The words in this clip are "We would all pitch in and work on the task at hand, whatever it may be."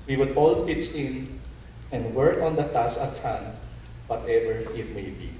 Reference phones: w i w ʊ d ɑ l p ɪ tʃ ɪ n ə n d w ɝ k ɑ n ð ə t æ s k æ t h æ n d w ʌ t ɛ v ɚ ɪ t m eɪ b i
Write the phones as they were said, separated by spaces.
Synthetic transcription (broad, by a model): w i w ʊ d ɑ l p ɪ s ɪ n ə n d w ɝ k ɑ n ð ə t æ s ʌ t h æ n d w ʌ t ɛ v ɚ ɪ t m eɪ b i